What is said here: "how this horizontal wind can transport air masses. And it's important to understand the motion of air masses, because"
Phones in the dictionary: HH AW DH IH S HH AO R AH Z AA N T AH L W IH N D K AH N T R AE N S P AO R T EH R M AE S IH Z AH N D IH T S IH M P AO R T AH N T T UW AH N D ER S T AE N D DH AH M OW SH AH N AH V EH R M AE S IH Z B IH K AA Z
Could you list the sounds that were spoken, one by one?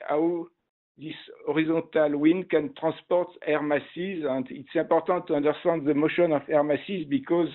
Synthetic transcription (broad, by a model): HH AW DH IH S AO R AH Z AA T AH L W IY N K AH N T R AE S P AO R T EH R M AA S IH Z AH N D IH T S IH P AO R T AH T T UW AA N D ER S T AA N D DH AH M OW SH AH N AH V EH R M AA S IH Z B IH K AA Z